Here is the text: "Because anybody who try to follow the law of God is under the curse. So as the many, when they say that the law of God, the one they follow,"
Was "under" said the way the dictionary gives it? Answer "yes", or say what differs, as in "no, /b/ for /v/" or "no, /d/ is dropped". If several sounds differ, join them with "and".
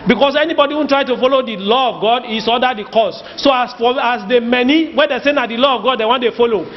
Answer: no, /n/ is dropped